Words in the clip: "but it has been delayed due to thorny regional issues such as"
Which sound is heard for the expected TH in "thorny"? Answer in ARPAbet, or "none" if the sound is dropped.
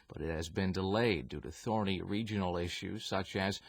TH